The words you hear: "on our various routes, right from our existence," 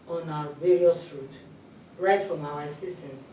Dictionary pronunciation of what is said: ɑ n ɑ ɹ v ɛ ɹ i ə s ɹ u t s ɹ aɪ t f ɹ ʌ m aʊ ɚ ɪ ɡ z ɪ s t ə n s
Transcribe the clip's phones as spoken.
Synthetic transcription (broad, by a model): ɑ n ɑ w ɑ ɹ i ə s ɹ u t ɹ aɪ t f ɹ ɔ m aʊ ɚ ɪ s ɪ s t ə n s